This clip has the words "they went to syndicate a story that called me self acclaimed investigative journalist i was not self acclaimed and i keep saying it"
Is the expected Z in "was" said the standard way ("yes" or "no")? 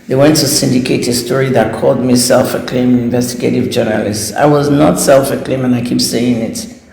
yes